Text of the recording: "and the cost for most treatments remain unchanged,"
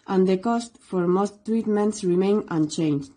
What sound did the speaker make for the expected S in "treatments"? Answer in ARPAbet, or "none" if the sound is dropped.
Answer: S